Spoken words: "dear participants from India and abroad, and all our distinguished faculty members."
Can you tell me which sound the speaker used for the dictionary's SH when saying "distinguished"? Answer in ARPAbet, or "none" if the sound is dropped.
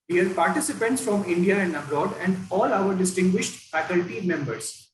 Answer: SH